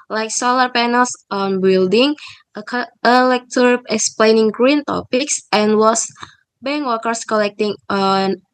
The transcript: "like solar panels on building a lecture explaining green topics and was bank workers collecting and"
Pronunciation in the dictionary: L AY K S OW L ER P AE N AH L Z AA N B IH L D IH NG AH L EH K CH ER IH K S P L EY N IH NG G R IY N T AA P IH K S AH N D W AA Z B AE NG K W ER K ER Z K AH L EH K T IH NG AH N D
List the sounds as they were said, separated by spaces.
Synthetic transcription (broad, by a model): L AY K S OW L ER P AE N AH L S AA N B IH L D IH NG AH L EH K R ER IH K S P L EY N IH NG G R IY N T AA P IH K S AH N W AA S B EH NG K W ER K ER S K AH L EH K T IH NG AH N